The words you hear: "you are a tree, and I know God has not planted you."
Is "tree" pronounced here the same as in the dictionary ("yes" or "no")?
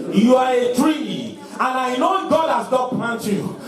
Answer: yes